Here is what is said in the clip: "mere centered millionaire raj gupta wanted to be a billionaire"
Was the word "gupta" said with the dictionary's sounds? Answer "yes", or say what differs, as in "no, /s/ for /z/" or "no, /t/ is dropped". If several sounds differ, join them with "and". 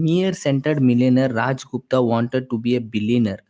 yes